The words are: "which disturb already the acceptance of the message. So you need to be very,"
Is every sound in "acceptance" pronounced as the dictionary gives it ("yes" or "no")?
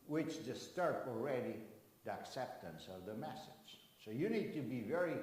yes